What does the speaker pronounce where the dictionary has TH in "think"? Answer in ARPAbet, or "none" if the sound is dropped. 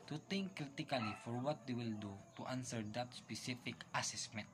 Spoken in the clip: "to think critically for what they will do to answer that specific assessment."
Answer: T